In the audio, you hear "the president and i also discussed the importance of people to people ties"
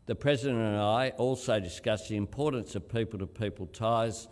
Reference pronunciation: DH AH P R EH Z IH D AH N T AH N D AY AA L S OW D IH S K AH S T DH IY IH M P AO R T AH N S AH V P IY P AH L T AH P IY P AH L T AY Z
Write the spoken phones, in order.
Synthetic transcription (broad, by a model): DH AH P R EH Z IH D AH N T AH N AY AA L S OW D IH S K AH S DH IY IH M P AO R T N S AH V P IY P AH L T AH P IY P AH L T AY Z